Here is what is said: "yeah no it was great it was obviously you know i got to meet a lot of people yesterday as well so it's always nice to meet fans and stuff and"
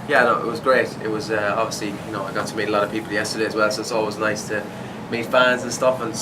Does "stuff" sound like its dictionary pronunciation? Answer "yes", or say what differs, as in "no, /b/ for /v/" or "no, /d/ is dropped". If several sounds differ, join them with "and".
yes